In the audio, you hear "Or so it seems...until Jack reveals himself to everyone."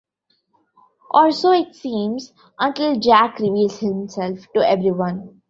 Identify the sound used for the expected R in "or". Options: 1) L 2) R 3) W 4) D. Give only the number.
1